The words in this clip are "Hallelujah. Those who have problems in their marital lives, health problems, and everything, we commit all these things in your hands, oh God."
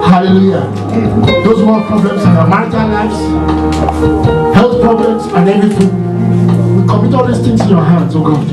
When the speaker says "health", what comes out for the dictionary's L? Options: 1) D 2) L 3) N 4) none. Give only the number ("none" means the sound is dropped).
2